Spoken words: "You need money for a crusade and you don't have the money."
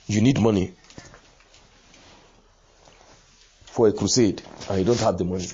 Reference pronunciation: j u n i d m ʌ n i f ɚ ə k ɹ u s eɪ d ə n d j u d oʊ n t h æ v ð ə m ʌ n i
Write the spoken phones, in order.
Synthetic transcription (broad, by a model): j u n i d m ʌ n i f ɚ ə k ɹ u s eɪ d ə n j u d oʊ n t h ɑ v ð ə m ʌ n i